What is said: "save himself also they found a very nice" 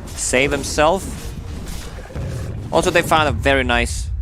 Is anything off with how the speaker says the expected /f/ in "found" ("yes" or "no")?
no